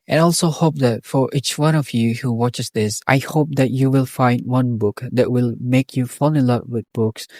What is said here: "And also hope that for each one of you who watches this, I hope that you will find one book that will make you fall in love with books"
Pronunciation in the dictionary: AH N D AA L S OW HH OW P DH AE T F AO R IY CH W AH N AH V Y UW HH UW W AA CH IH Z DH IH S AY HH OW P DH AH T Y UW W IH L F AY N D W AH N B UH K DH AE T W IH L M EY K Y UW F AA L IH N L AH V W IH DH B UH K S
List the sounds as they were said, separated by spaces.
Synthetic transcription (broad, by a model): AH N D AA L S OW HH OW P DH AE T F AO R IY CH W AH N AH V Y UW HH UW W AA CH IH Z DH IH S AY HH OW P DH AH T Y UW W IH L F AY N D W AH N B UH K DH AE T W IH L M EY K Y UW F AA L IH L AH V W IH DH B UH K S